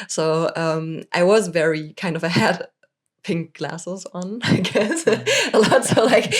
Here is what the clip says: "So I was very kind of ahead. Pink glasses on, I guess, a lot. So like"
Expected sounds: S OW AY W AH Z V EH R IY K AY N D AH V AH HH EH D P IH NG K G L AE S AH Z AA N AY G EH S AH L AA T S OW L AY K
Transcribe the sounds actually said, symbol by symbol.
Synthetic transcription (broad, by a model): S OW AY W AH Z V EH R IY K AY N D AH V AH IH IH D P IH NG K G L AE S AH Z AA N AY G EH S AH L AA T S OW L AY K